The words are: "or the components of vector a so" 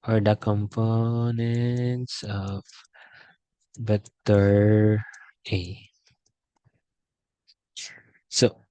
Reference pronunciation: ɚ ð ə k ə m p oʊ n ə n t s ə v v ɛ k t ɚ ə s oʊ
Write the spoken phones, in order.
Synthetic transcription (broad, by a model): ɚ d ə k ə m p oʊ n ə n t s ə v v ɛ t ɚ ə s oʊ